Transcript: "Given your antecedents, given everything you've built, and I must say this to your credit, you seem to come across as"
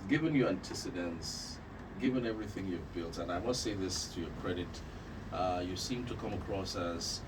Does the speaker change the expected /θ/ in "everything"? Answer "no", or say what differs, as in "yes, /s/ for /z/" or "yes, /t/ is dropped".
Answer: no